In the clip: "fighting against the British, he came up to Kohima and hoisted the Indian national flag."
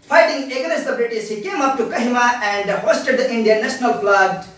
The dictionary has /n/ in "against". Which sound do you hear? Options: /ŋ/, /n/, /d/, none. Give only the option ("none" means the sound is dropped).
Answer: none